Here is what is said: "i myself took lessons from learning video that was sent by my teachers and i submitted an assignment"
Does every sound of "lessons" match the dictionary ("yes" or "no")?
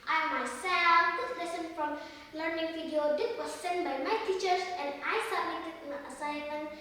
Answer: no